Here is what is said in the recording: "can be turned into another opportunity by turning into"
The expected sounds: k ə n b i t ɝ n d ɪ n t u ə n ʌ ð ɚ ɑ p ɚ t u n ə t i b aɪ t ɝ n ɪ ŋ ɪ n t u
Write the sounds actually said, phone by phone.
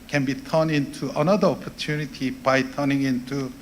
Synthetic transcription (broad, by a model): k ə n b i t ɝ n ɪ n t u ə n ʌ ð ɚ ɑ p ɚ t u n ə t i b aɪ t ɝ n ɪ ŋ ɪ n t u